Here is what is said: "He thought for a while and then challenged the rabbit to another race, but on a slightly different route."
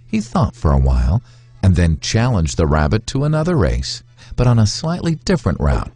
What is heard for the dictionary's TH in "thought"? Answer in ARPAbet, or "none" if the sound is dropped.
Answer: TH